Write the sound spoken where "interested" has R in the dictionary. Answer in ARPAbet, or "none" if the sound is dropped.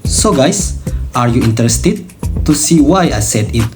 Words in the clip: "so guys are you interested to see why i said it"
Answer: R